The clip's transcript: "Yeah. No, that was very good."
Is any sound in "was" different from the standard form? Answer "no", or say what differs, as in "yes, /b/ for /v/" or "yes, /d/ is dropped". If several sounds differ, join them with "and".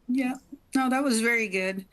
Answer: no